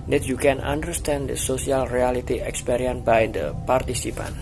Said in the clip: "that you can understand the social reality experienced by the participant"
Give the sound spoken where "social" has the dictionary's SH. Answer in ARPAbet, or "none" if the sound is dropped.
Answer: S